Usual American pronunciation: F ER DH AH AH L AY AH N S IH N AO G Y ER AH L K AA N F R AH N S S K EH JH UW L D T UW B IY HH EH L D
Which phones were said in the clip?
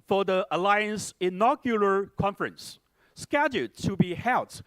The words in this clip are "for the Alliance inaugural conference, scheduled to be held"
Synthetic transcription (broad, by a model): F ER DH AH AH L AY AH N S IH N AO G Y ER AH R K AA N F R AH N S S K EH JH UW D T UW B IY HH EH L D